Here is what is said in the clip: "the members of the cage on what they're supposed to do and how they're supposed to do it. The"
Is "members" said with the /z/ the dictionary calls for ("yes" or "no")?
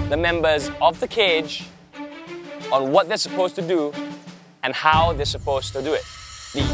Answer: yes